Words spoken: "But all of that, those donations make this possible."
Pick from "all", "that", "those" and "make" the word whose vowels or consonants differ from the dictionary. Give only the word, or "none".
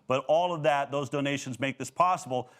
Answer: none